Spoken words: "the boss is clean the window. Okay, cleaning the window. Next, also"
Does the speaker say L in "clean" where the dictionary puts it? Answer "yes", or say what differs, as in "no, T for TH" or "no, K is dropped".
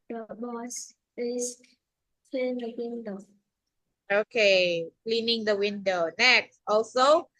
no, L is dropped